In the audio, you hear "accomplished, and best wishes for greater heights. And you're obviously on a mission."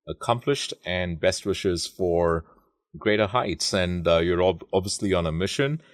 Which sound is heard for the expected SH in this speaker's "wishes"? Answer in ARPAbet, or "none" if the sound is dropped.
SH